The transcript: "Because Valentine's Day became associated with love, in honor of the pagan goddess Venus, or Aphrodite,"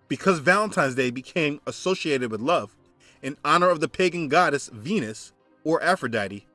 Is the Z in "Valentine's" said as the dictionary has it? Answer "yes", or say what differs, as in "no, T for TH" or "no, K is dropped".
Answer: yes